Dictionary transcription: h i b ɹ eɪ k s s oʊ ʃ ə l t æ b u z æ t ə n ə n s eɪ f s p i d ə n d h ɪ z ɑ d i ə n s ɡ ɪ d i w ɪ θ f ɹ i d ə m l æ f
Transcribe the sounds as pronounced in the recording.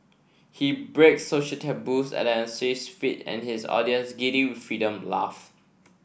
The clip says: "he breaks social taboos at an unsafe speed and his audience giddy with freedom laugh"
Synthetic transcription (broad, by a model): h i b ɹ eɪ k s s oʊ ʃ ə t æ b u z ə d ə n s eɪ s f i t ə n h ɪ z ɑ d i ə n s ɡ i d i w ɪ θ f ɹ i d ə m l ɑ f